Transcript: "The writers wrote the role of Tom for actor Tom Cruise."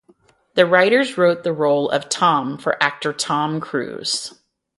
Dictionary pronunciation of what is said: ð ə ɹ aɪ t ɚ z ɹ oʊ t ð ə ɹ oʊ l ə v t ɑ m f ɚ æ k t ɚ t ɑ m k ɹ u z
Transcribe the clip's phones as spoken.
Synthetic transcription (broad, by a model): ð ə ɹ aɪ t ɚ z ɹ oʊ t ð ə ɹ oʊ l ə v t ɑ m f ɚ æ k t ɚ t ɑ m k ɹ u z